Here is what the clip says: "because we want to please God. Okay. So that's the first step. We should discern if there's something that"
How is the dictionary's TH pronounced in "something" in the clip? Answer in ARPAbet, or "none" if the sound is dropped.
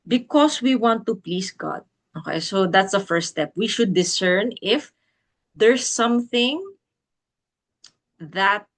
TH